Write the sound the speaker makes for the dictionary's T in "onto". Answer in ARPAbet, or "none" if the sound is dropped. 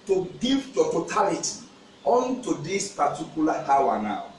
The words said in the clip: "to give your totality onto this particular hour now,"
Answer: T